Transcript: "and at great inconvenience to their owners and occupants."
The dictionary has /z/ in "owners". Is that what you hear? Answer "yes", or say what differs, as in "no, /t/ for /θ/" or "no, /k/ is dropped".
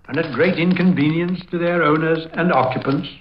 yes